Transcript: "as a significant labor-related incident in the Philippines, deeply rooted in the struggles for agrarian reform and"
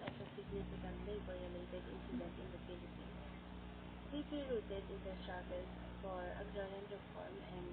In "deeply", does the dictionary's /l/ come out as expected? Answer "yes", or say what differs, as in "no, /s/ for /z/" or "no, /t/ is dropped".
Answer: no, /l/ is dropped